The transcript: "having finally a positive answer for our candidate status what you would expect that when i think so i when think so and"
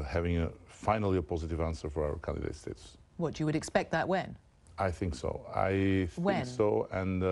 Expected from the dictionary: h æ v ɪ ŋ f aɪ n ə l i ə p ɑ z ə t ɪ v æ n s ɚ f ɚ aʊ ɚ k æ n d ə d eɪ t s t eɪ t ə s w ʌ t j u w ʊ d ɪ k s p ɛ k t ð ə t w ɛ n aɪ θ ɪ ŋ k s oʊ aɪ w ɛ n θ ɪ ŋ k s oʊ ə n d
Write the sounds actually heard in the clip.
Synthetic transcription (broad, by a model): h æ v ɪ ŋ f aɪ n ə l i ə p ɑ z ə t ɪ v æ n s ɚ f ɚ aʊ ɚ k æ n d ə d eɪ t s t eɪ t s w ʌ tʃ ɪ w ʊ d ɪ k s p ɛ k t ð ə t w ɛ n aɪ θ ɪ ŋ k s oʊ aɪ w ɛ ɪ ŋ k s oʊ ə n